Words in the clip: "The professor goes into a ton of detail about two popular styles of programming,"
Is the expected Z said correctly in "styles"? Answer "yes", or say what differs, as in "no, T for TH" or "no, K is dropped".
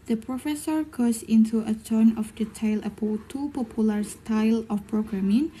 no, Z is dropped